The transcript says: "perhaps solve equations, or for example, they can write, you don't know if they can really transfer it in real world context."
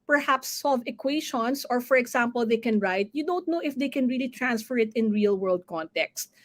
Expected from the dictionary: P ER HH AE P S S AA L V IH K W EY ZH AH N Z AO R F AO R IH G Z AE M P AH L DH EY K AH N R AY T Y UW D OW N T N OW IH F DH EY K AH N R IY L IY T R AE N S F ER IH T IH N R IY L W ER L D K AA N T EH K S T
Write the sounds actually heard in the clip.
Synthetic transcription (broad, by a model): P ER HH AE P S S AA L V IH K W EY SH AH N S AO R F AO R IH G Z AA M P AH L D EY K AH N R AY T Y UW D OW N T N OW IH F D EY K AH N R IY L IY T R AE N S F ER IH T IH N R IY L W ER L D K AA N T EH K S T